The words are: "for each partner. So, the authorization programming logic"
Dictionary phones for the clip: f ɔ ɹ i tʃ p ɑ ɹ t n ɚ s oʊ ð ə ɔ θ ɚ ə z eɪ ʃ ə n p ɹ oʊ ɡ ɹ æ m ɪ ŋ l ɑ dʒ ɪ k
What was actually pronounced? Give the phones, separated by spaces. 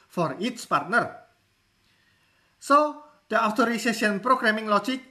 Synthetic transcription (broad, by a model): f ɔ ɹ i s p ɑ ɹ t n ɚ s oʊ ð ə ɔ t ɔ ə s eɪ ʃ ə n p ɹ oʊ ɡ ɹ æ m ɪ ŋ l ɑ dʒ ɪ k